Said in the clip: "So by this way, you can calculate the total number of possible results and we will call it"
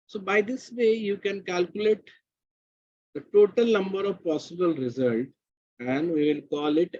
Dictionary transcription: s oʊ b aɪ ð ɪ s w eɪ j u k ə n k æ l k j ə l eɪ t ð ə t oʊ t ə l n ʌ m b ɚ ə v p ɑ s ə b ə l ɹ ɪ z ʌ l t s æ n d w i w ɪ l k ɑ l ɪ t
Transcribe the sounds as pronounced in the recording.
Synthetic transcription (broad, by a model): s oʊ b aɪ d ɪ s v eɪ j u k ə n k æ l k j ə l eɪ t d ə t oʊ t ə l n ʌ m b ɚ ə v p ɑ s ə b ə l ɹ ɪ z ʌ l t æ n d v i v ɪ l k ɑ l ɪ t